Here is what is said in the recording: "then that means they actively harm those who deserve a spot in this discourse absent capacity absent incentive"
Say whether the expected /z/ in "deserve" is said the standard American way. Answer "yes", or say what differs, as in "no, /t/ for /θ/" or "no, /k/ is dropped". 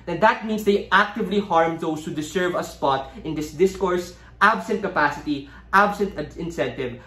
no, /s/ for /z/